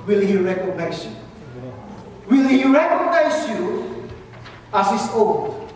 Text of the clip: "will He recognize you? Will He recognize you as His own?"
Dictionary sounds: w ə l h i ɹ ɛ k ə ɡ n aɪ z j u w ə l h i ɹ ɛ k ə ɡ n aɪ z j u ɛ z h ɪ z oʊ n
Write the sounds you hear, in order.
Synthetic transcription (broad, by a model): w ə l h i ɹ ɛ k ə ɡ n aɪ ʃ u w ə l h i ɹ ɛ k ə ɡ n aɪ s j u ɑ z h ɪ s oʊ